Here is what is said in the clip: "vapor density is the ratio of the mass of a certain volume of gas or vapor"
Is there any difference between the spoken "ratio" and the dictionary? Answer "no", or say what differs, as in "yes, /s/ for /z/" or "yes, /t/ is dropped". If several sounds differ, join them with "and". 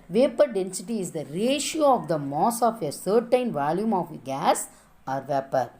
no